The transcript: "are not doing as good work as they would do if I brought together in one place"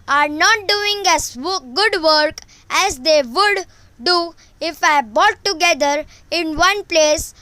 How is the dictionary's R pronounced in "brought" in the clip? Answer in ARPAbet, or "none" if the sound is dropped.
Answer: none